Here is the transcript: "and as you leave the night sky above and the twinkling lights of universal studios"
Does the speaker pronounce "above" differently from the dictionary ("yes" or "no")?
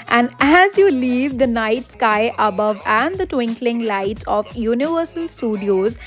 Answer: no